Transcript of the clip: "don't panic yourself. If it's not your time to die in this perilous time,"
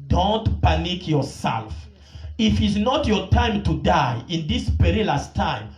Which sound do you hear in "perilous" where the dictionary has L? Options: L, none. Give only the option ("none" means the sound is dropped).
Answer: L